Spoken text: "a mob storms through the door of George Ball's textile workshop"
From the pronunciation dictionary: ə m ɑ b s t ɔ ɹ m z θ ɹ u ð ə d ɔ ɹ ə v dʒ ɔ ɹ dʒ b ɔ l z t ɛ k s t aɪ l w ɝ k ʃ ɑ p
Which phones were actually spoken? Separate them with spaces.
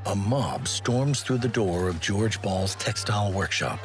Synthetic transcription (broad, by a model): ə m ɑ b s t ɔ ɹ m z θ ɹ u ð ə d ɔ ɹ ə v dʒ ɔ ɹ dʒ b ɔ l z t ɛ k s t aɪ l w ɝ k ʃ ɑ p